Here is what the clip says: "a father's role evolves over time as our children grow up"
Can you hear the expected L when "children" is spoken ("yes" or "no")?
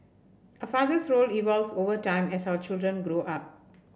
yes